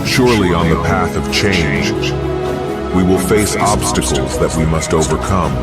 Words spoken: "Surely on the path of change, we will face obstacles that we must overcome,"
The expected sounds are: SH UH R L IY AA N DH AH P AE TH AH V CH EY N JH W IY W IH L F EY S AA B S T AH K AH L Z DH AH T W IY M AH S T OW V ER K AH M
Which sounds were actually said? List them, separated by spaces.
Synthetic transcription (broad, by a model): SH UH R L IY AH N DH AH P AE TH AH V CH EY N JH W IY W IH L F EY S AA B S T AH K L Z DH AH T W IY M AH S T OW V ER K AH M